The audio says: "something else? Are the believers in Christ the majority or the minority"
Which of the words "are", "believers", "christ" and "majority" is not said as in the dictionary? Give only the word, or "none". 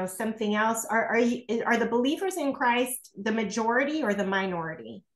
none